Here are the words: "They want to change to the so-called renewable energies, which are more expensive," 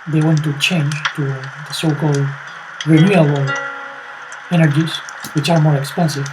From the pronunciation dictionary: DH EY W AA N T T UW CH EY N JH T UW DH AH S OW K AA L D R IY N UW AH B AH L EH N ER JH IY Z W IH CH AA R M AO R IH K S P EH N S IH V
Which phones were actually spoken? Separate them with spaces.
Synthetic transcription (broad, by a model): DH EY W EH N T T UW CH EY N JH T UW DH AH S OW K AA L D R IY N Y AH AH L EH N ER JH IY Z W IH CH AA R M AO R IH K S P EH N S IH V